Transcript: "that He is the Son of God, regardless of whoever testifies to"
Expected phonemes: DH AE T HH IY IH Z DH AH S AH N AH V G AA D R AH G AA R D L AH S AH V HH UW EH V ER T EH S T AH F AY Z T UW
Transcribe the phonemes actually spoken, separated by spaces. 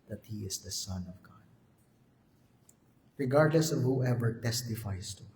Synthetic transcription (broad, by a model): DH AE T HH IY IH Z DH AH S AH N AH V G AA D R AH G AA R D L AH S AH V HH UW EH V ER T EH S T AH F AY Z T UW